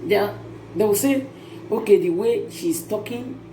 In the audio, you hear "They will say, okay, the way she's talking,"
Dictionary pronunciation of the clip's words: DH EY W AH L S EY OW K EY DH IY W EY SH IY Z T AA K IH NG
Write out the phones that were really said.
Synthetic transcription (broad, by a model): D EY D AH W S EY OW K EY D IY W EY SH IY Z T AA K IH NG